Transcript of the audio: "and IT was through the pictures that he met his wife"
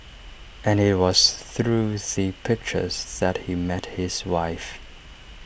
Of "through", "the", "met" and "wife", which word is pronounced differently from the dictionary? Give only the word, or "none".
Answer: none